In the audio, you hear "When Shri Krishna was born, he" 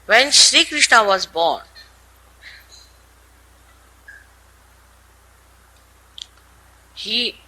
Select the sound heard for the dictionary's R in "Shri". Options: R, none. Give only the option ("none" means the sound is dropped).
R